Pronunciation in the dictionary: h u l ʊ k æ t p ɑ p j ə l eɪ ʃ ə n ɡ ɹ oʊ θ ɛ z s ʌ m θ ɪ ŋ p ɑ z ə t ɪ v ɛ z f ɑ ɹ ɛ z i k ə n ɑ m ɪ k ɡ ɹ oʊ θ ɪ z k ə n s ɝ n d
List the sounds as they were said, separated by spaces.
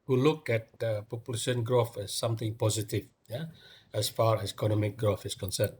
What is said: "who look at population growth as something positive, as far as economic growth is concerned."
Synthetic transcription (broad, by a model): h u l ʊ k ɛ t p ɑ p j ə l eɪ ʃ ə n ɡ ɹ oʊ θ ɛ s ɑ m t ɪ ŋ p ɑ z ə t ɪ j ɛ s f ɑ ɹ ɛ s i k ə n ɑ m ɪ k ɡ ɹ oʊ θ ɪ s k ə n s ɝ n